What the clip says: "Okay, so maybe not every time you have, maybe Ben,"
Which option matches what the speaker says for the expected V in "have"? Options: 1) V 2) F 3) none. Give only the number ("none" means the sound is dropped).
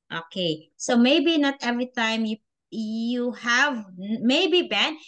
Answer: 1